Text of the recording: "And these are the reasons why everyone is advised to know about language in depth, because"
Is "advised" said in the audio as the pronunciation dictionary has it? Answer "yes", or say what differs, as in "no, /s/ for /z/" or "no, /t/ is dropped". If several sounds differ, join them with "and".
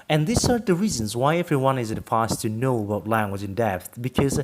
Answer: no, /f/ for /v/